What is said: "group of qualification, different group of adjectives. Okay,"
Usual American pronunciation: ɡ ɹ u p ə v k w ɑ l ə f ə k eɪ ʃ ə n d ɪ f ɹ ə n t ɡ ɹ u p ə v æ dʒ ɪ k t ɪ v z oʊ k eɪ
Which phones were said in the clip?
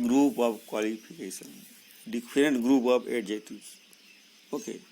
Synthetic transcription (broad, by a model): ɡ ɹ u p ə b k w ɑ l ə p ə k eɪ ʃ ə n d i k ɹ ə n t ɡ ɹ u p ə b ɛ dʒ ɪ t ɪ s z oʊ k eɪ